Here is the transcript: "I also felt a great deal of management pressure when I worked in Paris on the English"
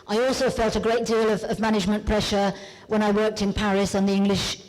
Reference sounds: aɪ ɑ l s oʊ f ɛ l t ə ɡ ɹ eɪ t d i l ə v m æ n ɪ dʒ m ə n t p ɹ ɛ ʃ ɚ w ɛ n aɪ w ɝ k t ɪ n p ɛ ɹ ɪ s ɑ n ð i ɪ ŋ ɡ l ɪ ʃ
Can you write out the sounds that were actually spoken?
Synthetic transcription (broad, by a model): aɪ ɑ l s oʊ f ɛ l t ə ɡ ɹ eɪ t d i l ə v m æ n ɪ dʒ m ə n p ɹ ɛ ʃ ɚ w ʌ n aɪ w ɝ k t ɪ n p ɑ ɹ ɪ s n ð i ɪ ŋ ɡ l ɪ ʃ